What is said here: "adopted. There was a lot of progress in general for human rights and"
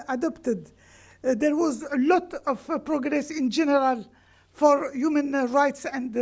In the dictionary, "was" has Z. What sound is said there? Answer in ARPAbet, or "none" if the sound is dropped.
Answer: Z